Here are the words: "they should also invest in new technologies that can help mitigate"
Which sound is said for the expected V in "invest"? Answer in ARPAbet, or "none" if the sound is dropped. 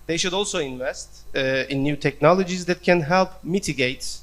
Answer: V